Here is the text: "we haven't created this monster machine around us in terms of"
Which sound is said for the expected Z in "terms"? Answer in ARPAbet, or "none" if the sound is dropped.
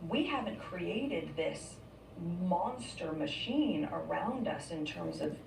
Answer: Z